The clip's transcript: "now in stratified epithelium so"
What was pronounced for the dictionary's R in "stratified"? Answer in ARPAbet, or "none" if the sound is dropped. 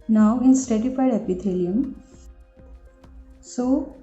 none